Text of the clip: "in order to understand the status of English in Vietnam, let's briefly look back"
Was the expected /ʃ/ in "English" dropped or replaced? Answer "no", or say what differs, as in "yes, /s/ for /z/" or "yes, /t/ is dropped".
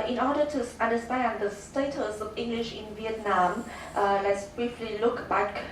no